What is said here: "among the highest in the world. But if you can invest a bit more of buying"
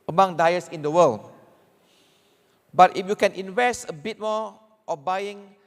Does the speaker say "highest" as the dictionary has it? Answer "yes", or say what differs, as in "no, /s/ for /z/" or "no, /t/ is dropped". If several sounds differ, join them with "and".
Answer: no, /t/ is dropped